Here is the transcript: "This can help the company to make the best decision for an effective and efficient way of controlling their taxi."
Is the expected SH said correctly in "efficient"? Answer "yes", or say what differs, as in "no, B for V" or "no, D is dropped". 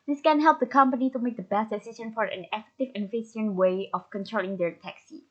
no, S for SH